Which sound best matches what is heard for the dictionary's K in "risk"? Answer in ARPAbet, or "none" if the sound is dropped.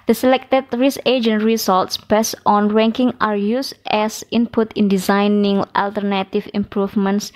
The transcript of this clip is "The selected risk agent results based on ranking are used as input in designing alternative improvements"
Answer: none